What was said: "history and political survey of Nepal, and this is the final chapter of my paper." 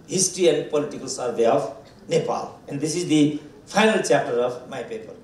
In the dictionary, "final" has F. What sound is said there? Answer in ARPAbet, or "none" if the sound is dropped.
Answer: P